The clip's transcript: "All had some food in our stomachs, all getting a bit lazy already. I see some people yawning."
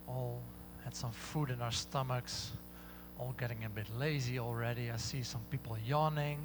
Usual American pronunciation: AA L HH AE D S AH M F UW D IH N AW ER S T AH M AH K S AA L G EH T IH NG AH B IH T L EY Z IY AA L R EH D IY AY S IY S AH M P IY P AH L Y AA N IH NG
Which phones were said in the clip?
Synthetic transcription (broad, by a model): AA L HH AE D S AH M F UW D IH N AW ER S T AH M AH K S AA L G EH T IH NG AH B IH T L EY Z IY AA L R EH D IY AY S IY S AH M P IY P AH L Y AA N IH NG